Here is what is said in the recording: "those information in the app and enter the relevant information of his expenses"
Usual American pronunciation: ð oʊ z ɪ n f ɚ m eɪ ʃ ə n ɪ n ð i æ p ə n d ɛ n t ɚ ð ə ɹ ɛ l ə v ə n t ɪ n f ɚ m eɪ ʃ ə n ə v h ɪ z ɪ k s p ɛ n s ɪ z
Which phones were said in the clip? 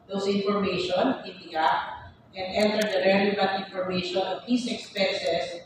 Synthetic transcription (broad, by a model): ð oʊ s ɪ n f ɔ m eɪ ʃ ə n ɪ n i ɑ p ə n d ɛ n t ɚ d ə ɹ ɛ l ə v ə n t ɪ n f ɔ m eɪ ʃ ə n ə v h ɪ s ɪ k s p ɛ n s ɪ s